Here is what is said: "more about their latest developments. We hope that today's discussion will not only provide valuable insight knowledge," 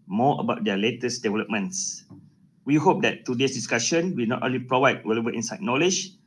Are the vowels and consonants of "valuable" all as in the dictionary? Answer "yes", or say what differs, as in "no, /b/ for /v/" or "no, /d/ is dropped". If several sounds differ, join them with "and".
no, /w/ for /v/ and /b/ is dropped